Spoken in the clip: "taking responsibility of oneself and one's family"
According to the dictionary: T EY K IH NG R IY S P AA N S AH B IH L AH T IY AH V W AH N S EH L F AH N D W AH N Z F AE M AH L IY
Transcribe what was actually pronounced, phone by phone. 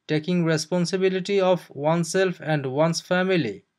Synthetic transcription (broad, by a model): T EY K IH NG R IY S P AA N S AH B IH L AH T IY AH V W AH N S EH L F AH N D W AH N S F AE M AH L IY